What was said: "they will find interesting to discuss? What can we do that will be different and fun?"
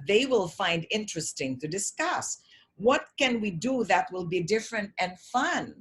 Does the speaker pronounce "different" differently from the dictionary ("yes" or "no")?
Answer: no